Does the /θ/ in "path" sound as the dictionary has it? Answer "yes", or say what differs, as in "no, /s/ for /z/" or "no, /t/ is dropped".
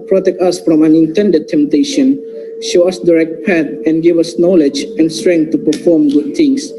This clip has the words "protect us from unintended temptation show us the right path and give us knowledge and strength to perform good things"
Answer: no, /t/ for /θ/